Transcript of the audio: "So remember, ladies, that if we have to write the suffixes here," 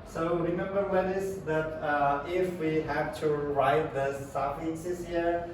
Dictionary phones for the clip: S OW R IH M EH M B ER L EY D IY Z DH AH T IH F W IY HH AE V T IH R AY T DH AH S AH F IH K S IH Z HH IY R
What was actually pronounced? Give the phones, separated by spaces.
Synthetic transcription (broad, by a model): S OW R IH M EH M B ER W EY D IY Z DH AH T IH F W IY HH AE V T IH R AY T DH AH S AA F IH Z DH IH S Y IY R